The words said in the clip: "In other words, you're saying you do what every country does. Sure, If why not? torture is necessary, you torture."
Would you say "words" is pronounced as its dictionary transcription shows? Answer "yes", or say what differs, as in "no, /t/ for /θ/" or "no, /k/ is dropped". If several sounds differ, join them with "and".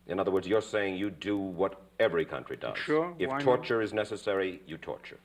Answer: yes